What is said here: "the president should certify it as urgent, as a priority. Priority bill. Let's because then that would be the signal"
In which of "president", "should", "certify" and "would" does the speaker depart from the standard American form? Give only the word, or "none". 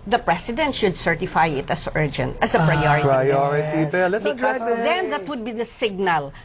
president